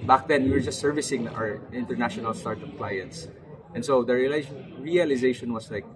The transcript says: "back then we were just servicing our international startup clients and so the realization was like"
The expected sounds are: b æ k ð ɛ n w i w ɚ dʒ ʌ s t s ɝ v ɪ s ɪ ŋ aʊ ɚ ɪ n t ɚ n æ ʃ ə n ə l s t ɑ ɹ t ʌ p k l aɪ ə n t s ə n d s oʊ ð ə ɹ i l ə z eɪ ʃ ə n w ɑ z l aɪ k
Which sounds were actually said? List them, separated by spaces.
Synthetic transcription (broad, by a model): b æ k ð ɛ n w i w ɚ dʒ ʌ s t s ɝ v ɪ s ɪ ŋ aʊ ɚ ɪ n t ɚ n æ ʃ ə n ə l s t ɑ ɹ t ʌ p k l aɪ ə n t s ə n s oʊ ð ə ɹ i l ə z eɪ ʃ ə n w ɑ s l aɪ k